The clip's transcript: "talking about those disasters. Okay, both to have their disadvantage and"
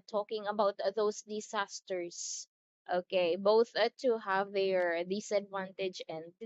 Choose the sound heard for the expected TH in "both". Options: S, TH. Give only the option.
TH